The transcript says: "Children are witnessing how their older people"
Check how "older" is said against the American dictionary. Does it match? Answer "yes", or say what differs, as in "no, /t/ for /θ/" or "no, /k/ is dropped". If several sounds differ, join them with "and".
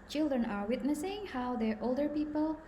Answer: yes